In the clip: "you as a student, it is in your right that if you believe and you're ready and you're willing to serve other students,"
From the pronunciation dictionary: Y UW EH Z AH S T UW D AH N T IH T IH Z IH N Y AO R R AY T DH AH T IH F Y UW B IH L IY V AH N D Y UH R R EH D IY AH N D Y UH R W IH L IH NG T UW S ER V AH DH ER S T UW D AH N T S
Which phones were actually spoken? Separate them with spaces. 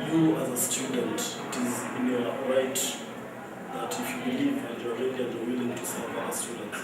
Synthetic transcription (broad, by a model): Y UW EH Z AH S T UW D AH N T IH T IH Z IH N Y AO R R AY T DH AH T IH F Y UW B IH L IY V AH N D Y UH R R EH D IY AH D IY W IH L IH NG T UW S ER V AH ER S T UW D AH N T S